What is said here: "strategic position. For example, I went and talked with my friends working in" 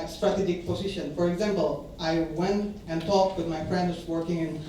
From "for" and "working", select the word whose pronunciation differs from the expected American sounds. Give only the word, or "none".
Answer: none